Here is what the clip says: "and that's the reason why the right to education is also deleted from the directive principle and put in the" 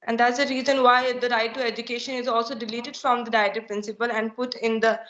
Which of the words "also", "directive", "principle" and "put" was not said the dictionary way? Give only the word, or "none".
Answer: directive